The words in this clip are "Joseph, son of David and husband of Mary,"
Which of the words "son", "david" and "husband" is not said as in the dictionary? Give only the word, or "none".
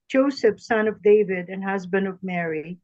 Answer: none